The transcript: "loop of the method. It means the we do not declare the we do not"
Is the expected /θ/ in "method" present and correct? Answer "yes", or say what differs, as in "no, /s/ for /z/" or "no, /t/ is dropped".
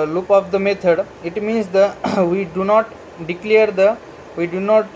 no, /t/ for /θ/